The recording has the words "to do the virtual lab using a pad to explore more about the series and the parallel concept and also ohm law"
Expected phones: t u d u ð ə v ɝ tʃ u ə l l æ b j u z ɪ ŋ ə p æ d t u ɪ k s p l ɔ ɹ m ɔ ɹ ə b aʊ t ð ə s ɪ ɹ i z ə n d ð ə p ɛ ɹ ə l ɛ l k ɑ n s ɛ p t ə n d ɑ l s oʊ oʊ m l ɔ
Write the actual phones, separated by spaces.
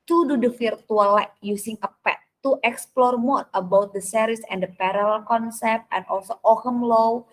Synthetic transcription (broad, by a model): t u d u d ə f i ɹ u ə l l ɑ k j u s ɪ ŋ ə p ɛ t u ɪ k s p l ɔ ɹ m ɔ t ə b aʊ t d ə s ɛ ɹ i s ə n d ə p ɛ ɹ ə l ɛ l k ɑ n s ɛ p t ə n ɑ l s oʊ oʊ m l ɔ